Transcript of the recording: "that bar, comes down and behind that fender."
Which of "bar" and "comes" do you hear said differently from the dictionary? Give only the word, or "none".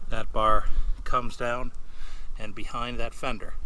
none